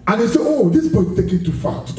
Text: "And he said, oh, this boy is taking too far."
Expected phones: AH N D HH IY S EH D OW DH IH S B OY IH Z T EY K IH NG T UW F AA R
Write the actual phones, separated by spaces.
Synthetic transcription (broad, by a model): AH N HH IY S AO OW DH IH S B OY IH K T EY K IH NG T UW F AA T